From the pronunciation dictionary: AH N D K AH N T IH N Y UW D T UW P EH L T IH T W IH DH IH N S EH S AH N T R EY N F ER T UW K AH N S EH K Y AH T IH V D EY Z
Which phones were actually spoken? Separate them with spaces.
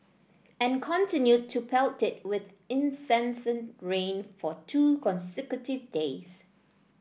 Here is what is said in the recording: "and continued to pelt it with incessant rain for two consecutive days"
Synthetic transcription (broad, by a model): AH N K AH N T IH N Y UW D T UW P EH L T IH T W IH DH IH N S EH S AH N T R EY N F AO T UW K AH N S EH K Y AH T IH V D EY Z